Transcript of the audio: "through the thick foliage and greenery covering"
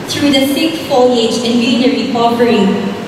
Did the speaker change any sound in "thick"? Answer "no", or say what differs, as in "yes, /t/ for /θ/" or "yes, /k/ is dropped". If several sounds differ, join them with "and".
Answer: yes, /s/ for /θ/